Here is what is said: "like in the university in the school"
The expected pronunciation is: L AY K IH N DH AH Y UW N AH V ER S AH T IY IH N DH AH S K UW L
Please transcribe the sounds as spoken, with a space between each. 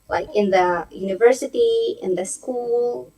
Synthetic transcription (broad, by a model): L AY K IH N DH AH Y UW N AH V ER S AH T IY IH N DH AH S K UW L